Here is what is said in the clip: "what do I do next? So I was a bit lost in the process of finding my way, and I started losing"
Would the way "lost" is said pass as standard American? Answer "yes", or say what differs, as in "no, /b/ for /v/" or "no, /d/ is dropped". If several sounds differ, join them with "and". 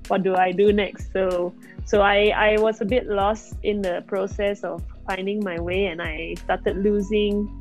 yes